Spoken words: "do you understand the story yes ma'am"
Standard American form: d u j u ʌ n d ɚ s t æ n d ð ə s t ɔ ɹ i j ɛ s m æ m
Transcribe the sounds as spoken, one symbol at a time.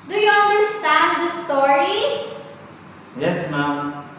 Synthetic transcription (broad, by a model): d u j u ʌ n d ɚ s t æ n d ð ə s t ɔ ɹ i j ɛ s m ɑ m